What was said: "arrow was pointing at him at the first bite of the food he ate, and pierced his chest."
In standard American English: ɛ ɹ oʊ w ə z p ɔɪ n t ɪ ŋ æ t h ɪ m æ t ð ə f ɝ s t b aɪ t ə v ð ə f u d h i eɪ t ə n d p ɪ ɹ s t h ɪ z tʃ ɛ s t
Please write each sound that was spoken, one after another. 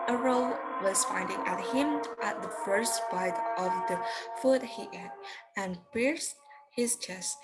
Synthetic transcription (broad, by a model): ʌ ɹ oʊ w ə z f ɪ n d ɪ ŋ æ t h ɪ m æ t ð ə f ɝ s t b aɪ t ə v ð ə f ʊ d h i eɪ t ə n p ɪ ɹ s t h ɪ z tʃ ɛ s t